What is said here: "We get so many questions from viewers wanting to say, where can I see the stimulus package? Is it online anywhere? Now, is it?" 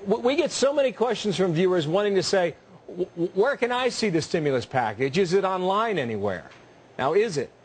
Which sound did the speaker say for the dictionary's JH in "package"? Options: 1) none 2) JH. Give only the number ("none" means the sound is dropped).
2